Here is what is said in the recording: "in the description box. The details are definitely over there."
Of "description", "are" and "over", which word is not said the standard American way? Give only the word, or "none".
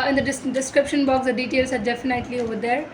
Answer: none